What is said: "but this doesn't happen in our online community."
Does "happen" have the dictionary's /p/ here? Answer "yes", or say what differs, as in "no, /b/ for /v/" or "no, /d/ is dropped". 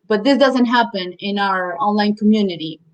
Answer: yes